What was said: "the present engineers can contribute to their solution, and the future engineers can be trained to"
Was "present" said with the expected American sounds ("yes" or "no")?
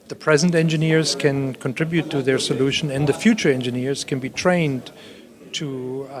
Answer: yes